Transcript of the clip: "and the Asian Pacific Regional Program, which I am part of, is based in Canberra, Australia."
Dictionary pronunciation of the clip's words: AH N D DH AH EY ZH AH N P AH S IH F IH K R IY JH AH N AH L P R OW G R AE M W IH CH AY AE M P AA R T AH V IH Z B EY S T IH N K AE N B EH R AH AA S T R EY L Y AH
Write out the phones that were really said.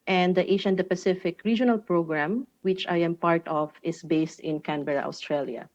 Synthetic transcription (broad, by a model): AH N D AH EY SH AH N P AH S IH F IH K R IY JH AH N AH L P R OW G R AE M W IH CH AY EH M P AA R T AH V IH S B EY S T IH N K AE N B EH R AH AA S T R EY L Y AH